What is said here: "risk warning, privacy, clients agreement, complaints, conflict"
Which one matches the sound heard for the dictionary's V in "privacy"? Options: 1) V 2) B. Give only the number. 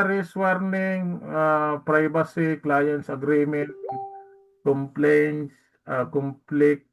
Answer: 2